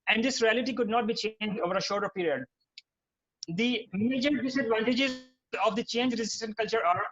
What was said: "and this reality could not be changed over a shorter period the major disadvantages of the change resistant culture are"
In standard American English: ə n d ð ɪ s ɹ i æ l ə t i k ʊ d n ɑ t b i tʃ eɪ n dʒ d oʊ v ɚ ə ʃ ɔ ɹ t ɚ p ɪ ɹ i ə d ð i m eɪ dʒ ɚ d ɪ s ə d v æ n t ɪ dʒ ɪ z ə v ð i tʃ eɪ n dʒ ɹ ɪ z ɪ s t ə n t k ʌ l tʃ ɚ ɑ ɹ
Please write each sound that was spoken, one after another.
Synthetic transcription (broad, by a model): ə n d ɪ s ɹ i æ l ə t i k ʊ d n ɑ t b i tʃ eɪ n dʒ d oʊ v ɚ ə ʃ ɔ ɹ t ɚ p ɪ ɹ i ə d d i m eɪ dʒ ɚ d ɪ s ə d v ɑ n t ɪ dʒ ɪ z ə v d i tʃ eɪ n dʒ ɹ ɪ z ɪ s t ə n t k ʌ l tʃ ɚ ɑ ɹ